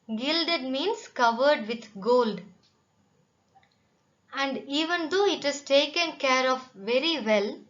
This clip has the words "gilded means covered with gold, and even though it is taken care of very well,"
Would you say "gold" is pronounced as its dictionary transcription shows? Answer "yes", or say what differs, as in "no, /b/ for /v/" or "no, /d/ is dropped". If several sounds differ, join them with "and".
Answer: yes